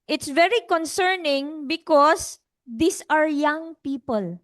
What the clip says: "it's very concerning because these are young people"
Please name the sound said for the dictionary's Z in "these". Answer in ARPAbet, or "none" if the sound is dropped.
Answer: S